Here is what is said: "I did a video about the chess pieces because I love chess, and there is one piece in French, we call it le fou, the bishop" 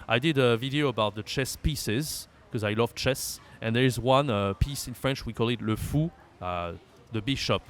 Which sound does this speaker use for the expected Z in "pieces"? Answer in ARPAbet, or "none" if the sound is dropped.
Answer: Z